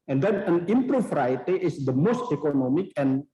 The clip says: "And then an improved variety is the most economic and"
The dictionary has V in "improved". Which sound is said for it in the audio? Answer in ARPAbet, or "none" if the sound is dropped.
F